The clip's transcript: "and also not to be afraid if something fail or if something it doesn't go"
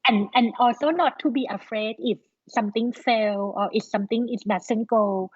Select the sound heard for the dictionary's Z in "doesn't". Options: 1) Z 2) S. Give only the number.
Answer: 2